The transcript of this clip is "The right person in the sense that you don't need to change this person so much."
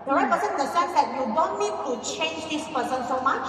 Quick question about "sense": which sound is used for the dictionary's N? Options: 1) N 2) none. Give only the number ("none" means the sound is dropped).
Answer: 2